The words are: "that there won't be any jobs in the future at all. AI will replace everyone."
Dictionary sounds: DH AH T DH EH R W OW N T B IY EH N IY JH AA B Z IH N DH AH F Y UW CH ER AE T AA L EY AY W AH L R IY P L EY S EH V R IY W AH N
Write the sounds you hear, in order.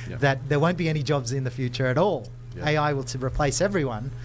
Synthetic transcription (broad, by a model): DH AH T DH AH R W OW N B IY EH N IY JH AA B Z IH N DH AH F Y UW CH ER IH T AA L EY AY W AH L R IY P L EY S EH V R IY W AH N